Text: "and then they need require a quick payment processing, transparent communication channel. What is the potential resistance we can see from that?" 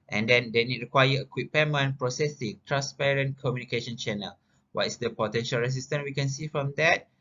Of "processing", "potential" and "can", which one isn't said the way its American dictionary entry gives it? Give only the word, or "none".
none